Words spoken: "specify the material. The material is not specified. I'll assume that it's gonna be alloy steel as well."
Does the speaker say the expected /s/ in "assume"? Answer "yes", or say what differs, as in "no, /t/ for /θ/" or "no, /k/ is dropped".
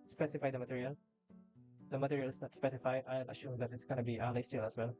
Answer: no, /ʃ/ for /s/